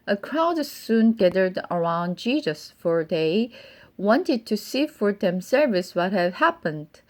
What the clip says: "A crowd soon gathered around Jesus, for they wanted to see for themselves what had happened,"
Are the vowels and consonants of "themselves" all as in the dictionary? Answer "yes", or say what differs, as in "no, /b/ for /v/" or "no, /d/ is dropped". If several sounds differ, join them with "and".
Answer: no, /s/ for /z/